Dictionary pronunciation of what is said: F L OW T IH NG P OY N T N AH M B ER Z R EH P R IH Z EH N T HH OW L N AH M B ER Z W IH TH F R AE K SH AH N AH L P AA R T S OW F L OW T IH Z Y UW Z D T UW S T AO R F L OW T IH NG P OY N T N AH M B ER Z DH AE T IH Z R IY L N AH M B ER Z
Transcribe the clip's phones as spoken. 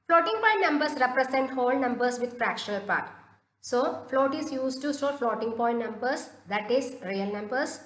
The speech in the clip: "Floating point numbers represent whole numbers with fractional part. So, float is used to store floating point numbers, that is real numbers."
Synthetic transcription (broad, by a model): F L OW T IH NG P OY N T N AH M B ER S R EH P R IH S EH N T HH OW L N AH M B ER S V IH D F R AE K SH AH L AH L P AA R T S OW F L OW T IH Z Y UW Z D T UW S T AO L F L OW T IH NG P OY N T N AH M B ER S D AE T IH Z R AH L N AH M B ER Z